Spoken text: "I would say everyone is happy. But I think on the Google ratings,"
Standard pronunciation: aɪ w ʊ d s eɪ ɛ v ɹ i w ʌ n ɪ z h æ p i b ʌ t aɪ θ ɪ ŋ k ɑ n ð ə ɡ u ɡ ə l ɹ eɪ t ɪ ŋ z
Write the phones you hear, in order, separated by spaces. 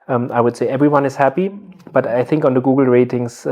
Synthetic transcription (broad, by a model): aɪ w ʊ d s eɪ ɛ v ɹ i w ʌ n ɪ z h æ p i b ʌ t aɪ θ ɪ ŋ k ɑ n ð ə ɡ u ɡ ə l ɹ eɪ t ɪ ŋ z